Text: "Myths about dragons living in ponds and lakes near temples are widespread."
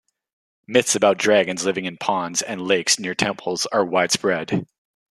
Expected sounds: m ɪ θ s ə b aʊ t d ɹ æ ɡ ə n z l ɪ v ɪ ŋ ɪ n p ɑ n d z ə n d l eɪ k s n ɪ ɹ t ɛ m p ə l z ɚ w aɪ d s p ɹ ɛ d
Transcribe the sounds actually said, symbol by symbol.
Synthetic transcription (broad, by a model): m ɪ θ s ə b aʊ t d ɹ æ ɡ ə n z l ɪ v ɪ ŋ ɪ n p ɑ n d z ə n l eɪ k s n ɪ ɹ t ɛ m p l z ɚ w aɪ d s p ɹ ɛ d